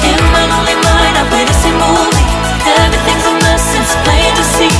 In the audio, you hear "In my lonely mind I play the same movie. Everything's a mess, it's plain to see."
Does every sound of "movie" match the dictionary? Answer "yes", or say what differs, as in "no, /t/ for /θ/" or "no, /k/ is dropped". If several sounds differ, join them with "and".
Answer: no, /v/ is dropped